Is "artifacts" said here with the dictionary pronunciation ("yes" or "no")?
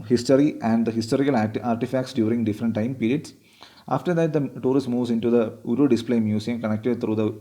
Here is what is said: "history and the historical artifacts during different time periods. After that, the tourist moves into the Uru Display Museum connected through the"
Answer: yes